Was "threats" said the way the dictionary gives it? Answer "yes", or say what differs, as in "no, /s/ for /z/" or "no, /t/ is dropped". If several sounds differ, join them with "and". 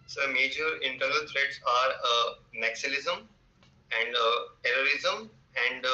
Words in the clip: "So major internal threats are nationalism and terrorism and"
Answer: no, /t/ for /θ/